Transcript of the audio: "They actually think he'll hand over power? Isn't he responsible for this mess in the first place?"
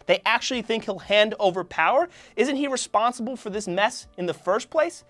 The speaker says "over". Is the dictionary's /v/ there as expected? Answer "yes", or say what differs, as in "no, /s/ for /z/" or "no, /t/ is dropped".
yes